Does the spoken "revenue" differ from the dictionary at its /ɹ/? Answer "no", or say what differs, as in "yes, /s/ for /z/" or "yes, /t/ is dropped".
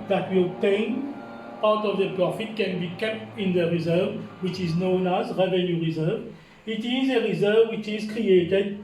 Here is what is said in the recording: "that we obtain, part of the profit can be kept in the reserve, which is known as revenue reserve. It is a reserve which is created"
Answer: no